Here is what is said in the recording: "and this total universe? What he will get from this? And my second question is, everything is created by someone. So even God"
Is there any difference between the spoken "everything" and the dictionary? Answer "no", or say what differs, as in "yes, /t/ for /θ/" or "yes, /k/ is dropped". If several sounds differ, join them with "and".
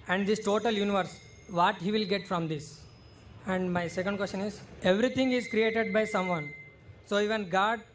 yes, /t/ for /θ/